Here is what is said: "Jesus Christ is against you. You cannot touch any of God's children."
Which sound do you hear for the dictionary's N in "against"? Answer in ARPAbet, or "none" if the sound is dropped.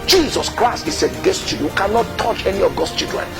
none